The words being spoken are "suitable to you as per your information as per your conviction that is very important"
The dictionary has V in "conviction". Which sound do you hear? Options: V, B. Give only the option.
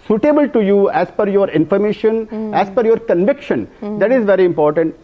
V